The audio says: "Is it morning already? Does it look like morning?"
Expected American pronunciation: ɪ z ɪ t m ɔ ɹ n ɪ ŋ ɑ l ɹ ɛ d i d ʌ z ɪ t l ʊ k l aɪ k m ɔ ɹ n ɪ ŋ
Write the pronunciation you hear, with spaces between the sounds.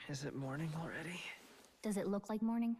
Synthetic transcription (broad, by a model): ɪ z ɪ t m ɔ ɹ n ɪ ŋ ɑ l ɹ ɛ d i d ʌ z ɪ t l ʊ k l aɪ k m ɔ ɹ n ɪ ŋ